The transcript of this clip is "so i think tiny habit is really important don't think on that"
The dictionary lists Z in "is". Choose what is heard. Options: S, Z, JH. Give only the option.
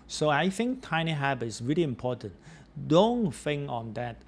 S